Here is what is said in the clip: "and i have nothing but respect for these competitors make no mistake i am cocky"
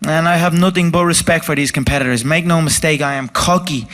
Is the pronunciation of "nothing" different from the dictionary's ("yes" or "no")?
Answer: no